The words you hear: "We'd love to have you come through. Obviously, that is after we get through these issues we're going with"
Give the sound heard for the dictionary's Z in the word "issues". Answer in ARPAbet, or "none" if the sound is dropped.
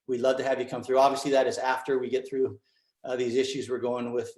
Z